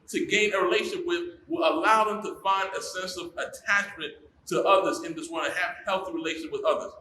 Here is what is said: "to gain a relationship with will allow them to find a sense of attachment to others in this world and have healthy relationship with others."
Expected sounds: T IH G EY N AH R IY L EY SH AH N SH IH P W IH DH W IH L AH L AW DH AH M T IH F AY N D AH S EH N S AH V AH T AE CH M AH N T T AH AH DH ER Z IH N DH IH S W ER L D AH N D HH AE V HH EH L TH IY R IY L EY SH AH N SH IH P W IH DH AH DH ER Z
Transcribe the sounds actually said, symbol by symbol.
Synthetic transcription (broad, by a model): T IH G EY N AH R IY L EY AH SH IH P W IH DH W IH L AH L AW DH AH M T IH F AY N D AH S EH N S AH V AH T AE CH M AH N T T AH AH DH ER Z IH N DH IH S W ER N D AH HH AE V HH EH L TH IY R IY L EY AH SH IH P W IH DH AH DH ER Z